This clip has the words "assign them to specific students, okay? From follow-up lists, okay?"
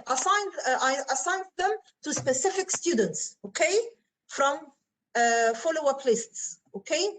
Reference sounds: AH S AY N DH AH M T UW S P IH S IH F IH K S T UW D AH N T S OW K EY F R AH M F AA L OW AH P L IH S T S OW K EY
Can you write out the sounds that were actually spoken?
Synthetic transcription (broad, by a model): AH S AY N DH AH M T UW S P IH S IH F IH K S T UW D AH N T S OW K EY F R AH M F AA L OW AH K L IH S T S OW K EY